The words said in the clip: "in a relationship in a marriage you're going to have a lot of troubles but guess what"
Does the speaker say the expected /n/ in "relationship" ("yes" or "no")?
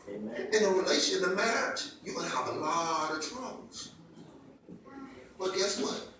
no